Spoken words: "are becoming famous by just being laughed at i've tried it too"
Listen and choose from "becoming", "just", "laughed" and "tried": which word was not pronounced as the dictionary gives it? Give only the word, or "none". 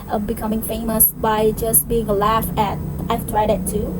laughed